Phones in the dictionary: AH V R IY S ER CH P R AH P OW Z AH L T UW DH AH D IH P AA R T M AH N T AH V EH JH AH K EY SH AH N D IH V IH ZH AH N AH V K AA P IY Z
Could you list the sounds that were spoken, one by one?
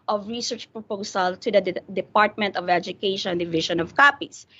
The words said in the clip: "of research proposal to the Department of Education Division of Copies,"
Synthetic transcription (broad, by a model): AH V R IY S ER CH P R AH P OW S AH L T UW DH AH D IH P AA R T M AH N T AH V EH JH AH K EY SH AH N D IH V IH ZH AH N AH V K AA P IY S